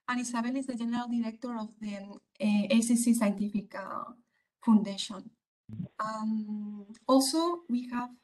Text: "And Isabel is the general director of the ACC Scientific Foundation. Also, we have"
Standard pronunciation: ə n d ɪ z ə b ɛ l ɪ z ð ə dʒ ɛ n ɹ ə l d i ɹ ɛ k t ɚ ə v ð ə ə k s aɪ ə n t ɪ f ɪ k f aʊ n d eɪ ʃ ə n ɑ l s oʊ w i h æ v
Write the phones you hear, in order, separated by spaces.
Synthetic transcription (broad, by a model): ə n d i s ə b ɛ l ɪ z ð ə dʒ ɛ n ɹ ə l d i ɹ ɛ k t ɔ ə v ð ə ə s s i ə n t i f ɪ k f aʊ n d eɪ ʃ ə n ɑ l s oʊ w i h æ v